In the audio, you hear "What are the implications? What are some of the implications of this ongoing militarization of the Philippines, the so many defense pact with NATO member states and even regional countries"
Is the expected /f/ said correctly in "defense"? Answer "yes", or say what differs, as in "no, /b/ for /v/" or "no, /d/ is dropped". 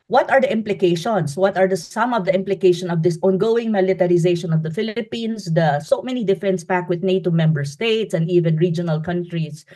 yes